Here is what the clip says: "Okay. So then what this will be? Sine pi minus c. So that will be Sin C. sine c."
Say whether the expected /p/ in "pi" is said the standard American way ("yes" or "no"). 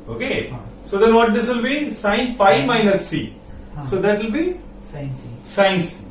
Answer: no